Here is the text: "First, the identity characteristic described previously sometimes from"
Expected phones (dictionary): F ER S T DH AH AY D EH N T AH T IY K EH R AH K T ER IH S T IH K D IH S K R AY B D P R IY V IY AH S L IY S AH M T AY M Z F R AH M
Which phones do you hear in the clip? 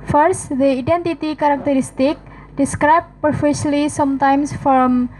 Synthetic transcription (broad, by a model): F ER S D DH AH AY D EH N T AH T IY K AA R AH K T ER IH S T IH K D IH S K R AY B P AH F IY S L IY S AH M T AY M S F R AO M